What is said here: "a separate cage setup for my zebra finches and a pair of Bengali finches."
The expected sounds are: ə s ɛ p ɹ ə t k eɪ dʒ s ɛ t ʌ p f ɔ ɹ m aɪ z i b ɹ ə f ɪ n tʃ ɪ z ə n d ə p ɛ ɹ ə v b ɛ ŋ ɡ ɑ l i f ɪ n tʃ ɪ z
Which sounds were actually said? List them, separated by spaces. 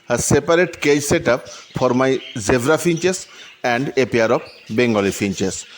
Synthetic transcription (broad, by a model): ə s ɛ p ɹ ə t k eɪ dʒ s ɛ t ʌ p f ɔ ɹ m aɪ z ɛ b ɹ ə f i n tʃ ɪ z ə n d ə p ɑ ɹ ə b b ɛ ŋ ɡ ɑ l i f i n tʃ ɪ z